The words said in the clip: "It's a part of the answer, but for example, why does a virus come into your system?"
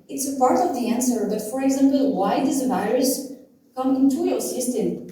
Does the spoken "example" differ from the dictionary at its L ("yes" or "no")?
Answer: no